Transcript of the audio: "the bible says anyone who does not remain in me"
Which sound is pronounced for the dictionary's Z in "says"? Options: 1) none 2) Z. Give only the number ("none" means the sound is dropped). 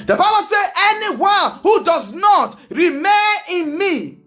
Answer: 1